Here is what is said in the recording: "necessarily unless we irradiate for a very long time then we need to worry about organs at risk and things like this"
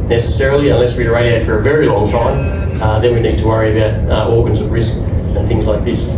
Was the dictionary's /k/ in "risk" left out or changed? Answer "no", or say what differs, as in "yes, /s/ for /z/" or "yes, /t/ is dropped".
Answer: no